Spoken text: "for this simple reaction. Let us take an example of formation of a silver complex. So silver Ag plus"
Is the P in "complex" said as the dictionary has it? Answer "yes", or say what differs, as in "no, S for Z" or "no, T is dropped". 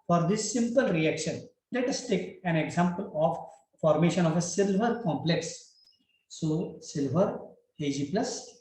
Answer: yes